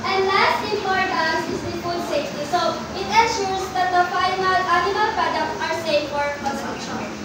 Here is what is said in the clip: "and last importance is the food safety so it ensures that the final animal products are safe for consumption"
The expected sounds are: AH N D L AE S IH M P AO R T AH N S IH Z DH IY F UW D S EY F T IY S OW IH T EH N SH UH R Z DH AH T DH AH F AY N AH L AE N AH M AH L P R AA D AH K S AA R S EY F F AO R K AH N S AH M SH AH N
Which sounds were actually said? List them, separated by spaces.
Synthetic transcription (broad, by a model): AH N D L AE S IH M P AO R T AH S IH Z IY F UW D S EY F T IY S OW IH T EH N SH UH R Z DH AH T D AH F AY N AH L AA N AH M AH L P R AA D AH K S AA R S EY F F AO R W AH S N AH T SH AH